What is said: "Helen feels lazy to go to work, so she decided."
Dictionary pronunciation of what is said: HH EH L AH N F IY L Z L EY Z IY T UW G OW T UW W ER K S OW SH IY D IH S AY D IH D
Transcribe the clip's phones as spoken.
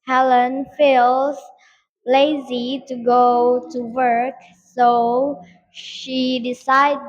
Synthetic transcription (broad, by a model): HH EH L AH N F IY L Z L EY Z IY T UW G OW T UW W ER K S OW SH IY D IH S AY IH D